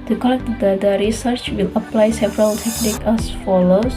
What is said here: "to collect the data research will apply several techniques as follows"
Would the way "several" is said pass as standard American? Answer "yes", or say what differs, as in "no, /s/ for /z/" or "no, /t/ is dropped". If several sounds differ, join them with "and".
yes